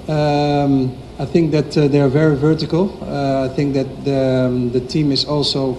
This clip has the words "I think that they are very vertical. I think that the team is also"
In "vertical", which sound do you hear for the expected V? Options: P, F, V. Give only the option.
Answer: V